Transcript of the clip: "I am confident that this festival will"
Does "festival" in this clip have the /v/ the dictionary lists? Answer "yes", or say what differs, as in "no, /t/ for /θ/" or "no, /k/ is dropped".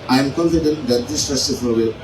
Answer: no, /f/ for /v/